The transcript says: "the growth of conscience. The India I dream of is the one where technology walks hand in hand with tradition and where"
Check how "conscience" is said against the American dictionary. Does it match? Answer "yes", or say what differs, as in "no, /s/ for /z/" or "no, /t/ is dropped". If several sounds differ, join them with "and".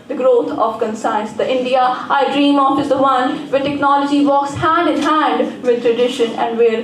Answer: no, /s/ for /ʃ/